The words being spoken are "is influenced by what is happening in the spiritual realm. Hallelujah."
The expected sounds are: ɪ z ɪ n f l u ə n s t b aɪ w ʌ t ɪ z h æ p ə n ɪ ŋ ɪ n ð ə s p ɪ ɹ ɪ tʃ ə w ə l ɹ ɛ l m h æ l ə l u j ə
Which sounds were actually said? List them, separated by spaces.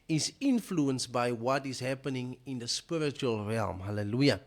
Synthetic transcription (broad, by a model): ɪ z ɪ n f l u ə n s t b aɪ w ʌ t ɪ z h æ p ə n ɪ ŋ ɪ n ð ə s p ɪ ɹ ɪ tʃ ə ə l ɹ ɛ l m h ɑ l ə l u j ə